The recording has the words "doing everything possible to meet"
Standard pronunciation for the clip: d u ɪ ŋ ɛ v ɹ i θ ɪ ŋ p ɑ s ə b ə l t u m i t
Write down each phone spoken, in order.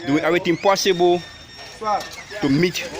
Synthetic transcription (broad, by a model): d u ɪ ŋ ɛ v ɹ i t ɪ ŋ p ɑ s ə b ə l t u m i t